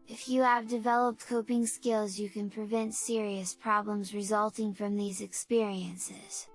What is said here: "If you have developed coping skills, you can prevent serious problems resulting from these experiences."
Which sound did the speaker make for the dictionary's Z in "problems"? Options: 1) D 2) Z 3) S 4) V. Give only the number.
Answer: 2